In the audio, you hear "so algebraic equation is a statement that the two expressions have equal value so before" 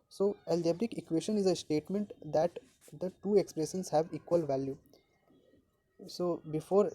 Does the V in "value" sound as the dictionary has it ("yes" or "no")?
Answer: yes